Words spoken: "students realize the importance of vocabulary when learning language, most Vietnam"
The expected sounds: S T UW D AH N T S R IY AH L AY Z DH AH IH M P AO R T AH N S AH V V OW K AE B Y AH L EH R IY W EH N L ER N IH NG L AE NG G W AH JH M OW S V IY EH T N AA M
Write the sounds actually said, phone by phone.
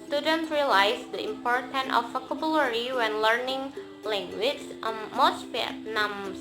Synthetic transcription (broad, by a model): S T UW D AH N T R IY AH L AY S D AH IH M P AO R T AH N AH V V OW K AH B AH L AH R IY W EH N L ER N IH NG L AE NG G W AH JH M OW S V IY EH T N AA M